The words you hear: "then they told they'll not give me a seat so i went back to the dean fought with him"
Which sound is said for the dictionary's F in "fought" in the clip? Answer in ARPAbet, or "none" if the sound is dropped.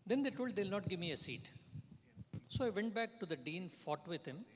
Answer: F